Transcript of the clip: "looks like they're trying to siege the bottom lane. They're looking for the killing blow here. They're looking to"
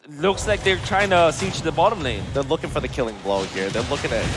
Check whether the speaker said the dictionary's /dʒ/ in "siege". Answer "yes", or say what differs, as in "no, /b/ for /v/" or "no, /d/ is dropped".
no, /tʃ/ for /dʒ/